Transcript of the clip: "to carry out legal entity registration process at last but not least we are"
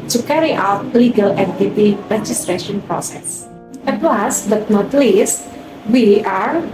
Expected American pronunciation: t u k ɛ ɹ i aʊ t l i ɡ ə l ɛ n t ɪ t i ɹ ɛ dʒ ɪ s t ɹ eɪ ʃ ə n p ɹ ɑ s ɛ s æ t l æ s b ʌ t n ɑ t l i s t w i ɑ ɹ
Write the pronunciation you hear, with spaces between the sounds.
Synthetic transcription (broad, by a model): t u k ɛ ɹ i aʊ t l i ɡ ə l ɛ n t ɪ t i ɹ ɛ dʒ ɪ s t ɹ eɪ ʃ ə n p ɹ ɑ s ɛ s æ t w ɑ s b ʌ t n ɑ t l i s t w i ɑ ɹ